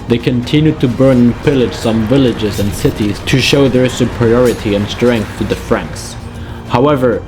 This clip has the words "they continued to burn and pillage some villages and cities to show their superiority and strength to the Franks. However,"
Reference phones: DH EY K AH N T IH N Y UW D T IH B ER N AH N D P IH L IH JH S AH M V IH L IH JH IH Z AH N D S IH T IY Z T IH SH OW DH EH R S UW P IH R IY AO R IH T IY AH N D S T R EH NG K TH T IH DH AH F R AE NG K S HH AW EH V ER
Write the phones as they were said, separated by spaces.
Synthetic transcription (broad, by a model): DH EY K AH N T IH N Y UW D T IH B ER N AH N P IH L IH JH S AH M V IH L IH JH IH Z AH N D S IH T IY Z T IH SH OW DH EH R S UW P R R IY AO R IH T IY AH N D S T R EH NG K TH T IH DH AH F R AE NG K S HH AW EH V ER